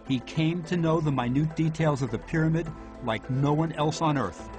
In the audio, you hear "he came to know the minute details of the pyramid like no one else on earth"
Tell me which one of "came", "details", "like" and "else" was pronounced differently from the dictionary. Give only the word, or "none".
none